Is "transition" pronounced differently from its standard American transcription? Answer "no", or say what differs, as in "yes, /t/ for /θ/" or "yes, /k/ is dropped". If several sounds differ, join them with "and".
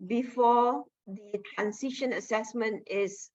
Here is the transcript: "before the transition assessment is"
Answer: yes, /s/ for /z/